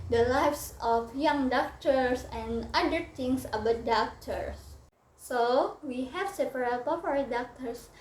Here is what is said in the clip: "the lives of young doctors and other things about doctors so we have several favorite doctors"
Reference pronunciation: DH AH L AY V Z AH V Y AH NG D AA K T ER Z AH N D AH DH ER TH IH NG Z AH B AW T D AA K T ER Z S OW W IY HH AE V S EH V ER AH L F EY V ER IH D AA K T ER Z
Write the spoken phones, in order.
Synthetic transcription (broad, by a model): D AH L AY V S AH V Y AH NG D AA K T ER S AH N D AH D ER T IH NG S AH B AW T D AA K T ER S OW W IY HH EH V S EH P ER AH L P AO P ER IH D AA K T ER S